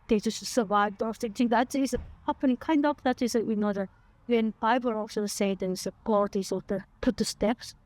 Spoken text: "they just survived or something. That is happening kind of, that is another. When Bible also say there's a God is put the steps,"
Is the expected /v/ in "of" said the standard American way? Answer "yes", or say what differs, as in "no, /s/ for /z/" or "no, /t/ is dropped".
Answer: no, /p/ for /v/